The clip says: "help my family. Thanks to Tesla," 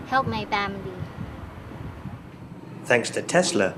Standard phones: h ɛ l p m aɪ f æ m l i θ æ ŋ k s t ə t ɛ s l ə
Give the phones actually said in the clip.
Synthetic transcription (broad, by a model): h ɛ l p m aɪ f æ m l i θ æ ŋ k s t ə t ɛ s l ə